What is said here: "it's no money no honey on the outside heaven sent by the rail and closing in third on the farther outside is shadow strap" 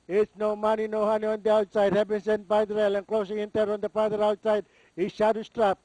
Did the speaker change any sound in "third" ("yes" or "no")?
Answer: yes